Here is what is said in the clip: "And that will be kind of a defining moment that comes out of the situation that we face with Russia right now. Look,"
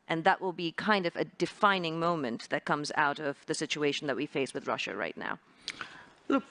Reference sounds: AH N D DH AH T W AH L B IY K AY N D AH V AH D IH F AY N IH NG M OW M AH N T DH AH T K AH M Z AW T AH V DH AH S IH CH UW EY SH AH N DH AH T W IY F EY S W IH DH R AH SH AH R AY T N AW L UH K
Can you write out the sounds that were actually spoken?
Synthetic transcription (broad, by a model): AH N DH AH T W AH L B IY K AY N D AH V AH D IH F AY N IH NG M OW M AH N DH AH T K AH M Z AW T AH V DH AH S IH CH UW EY SH N DH AH T W IY F EY S W IH DH R AH SH AH R AY T N AW L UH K